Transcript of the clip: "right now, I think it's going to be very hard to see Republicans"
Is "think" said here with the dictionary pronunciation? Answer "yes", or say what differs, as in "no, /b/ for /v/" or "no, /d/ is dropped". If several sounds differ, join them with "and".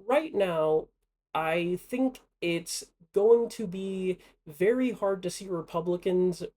yes